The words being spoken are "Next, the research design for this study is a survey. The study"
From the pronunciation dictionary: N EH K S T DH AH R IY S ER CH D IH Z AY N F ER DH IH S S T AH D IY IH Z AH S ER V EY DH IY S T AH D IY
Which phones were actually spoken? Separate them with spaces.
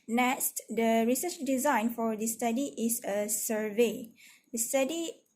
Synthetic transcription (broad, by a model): N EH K S T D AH R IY S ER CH D IH Z AY N F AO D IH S S T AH D IY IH S AH S ER V EY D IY S T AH D IY